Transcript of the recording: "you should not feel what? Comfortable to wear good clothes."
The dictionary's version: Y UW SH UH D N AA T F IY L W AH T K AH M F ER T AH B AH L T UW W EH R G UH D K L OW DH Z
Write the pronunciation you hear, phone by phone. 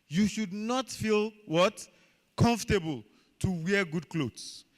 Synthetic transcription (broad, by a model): Y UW SH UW D N AA T F IY L W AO T K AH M F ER T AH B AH L T UW W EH G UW D K L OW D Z